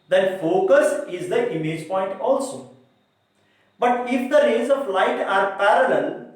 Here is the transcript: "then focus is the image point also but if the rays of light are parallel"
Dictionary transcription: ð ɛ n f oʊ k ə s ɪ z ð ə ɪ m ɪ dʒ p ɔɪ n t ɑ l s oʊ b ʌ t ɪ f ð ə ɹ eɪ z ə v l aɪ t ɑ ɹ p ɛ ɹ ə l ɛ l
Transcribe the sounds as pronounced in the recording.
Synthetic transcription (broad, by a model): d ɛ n f oʊ k ə s ɪ z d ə ɪ m ɪ dʒ p ɔɪ n t ɑ l s oʊ b ʌ t ɪ f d ə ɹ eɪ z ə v l aɪ t ɑ ɹ p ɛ ɹ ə l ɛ l